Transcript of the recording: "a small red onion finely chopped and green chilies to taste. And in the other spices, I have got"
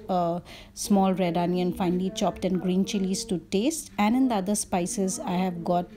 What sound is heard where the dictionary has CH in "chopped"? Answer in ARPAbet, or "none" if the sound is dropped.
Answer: CH